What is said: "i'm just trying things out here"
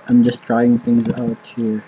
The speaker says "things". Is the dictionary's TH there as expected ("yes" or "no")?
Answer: yes